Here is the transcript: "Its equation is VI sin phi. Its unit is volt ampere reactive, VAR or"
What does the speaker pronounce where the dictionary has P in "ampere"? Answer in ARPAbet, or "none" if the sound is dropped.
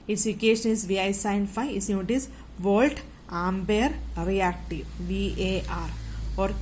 B